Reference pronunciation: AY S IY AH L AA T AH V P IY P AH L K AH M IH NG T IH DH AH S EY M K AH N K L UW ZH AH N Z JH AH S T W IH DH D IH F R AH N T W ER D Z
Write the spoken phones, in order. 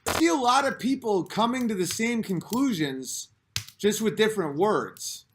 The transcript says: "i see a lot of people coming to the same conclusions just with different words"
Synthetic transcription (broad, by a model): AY S IY AH L AA T AH V P IY P L K AH M IH NG T IH DH AH S EY M K AH N K L UW ZH AH N Z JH AH S T W IH DH D IH F R AH N T W ER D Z